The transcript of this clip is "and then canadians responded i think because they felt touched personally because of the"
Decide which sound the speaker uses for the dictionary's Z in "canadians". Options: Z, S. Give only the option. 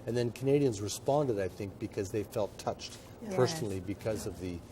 Z